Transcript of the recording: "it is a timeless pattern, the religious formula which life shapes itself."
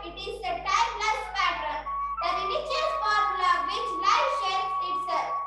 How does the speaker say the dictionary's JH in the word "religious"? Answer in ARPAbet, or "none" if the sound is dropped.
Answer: CH